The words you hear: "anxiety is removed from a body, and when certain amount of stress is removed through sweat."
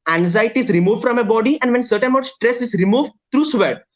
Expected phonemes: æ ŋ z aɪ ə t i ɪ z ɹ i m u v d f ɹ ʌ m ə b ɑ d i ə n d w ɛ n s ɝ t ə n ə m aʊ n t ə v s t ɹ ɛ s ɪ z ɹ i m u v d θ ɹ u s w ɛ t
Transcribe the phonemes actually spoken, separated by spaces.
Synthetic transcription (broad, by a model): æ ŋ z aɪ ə t i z ɹ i m u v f ɹ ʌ m ə b ɑ d i ə n d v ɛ n s ɝ t ə n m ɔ t s t ɹ ɛ s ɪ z ɹ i m u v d t ɹ u s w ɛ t